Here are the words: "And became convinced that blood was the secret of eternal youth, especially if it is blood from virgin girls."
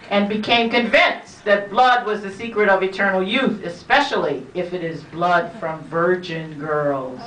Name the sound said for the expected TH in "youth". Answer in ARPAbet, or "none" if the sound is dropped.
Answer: TH